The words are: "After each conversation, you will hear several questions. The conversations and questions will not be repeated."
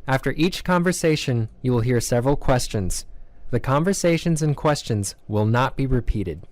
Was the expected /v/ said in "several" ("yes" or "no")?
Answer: yes